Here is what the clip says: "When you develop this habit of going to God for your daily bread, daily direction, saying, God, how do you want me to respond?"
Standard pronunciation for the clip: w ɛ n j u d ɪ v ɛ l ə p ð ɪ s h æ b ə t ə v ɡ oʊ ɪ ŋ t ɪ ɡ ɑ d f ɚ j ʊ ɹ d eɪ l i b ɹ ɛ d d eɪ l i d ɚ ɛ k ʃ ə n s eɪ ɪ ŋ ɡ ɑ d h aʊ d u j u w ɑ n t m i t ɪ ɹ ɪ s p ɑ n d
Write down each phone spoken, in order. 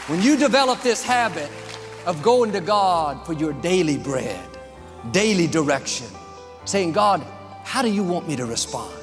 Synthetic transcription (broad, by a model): w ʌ n j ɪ d ɪ v ɛ l ə p ð ɪ s h æ b ə t ə v ɡ oʊ ɪ ŋ t ɪ ɡ ɑ d f ɚ j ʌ ɹ d eɪ l i b ɹ ɛ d d eɪ l i d ɚ ɛ k ʃ ə n s eɪ ɪ ŋ ɡ ɑ d h aʊ d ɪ j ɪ w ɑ n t m i t ɪ ɹ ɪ s p ɑ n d